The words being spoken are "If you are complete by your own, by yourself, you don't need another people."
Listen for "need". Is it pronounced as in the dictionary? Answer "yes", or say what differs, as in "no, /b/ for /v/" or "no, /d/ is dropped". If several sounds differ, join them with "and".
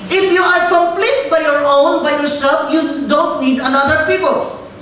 yes